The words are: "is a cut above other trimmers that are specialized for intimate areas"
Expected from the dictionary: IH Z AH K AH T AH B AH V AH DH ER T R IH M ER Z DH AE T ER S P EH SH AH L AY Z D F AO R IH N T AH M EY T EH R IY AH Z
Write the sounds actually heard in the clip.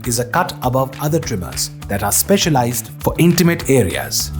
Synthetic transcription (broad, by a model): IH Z AH K AH T AH B AH V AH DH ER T R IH M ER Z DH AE T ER S P EH SH AH L AY Z D F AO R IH N T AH M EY T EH R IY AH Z